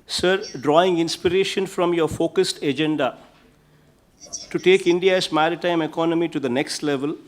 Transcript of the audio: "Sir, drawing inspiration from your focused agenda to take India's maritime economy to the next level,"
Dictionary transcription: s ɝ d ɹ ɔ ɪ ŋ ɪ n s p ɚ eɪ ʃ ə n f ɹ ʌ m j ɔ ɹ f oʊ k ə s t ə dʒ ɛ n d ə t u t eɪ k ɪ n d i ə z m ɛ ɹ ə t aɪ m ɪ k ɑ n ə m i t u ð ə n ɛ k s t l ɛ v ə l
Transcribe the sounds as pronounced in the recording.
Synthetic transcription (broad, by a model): s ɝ d ɹ ɔ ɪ ŋ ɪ n s p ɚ eɪ ʃ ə n f ɹ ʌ m j ɔ ɹ f oʊ k ə s t ə dʒ ɛ n d ə t u t eɪ k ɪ n d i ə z m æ ɹ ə t aɪ m ɪ k ɑ n ə m i t u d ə n ɛ k s t l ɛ v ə l